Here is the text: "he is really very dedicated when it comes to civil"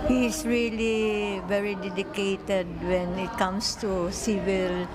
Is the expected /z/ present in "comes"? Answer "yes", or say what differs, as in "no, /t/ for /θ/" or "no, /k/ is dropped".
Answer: no, /s/ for /z/